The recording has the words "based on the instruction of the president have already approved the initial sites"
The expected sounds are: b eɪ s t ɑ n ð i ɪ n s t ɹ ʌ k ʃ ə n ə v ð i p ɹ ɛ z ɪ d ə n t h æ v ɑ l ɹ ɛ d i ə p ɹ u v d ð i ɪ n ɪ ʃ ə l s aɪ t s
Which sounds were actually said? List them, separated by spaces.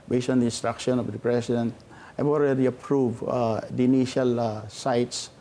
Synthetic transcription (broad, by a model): b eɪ s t ɑ n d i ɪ n s t ɹ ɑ k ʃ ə n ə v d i p ɹ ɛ s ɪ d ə n t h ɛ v ɑ l ɹ ɛ d i ə p ɹ u v d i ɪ n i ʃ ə l s aɪ t s